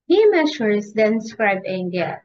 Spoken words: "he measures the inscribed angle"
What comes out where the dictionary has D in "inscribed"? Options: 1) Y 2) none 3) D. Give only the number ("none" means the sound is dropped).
2